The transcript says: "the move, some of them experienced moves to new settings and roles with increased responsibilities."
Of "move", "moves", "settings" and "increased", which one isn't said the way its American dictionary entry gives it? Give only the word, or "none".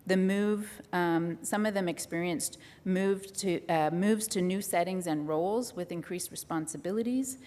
none